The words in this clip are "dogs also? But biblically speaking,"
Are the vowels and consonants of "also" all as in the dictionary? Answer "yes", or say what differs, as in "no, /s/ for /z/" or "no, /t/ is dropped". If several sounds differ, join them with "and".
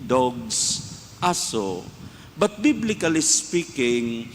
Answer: no, /l/ is dropped